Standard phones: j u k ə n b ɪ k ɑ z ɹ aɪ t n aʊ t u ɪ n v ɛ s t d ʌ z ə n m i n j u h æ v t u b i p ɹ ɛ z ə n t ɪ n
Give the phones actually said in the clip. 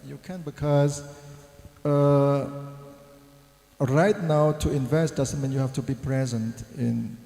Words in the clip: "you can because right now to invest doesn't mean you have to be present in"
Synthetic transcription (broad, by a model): j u k ə n b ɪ k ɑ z ɹ aɪ t n aʊ t u ɪ n v ɛ s t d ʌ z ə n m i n j u h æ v t u b i p ɹ ɛ z ə n t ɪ n